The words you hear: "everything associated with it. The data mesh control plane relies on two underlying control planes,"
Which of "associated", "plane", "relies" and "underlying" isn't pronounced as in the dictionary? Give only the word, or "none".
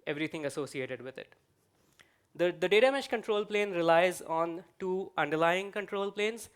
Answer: none